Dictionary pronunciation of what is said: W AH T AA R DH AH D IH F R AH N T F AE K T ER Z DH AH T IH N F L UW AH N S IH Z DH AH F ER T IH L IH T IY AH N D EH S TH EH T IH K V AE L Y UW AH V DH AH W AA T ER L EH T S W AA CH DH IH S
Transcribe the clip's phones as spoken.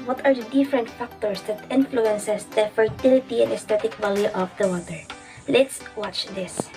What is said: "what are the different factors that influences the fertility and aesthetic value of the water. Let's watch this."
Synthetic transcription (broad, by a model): W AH T AA R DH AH D IH F R AH N T F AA K T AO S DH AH T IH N F L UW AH N S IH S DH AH F ER T IH L IH T IY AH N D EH S T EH T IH K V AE L Y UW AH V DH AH W AA T ER L EH T S W AA CH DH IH S